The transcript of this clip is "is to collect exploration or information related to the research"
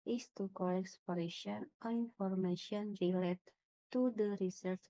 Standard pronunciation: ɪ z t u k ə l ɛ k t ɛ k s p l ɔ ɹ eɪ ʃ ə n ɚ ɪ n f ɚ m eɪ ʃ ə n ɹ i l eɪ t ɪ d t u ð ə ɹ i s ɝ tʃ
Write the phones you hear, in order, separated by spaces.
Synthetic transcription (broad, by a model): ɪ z t u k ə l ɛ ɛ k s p ɔ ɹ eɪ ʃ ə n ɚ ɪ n f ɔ m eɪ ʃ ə n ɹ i l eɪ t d t u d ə ɹ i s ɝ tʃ